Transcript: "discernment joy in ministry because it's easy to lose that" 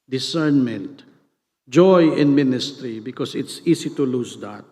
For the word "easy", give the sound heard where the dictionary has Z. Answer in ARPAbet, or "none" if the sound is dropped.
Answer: S